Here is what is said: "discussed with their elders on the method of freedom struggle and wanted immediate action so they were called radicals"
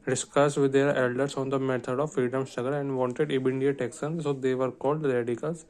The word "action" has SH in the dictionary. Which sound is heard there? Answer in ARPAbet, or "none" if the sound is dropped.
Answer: S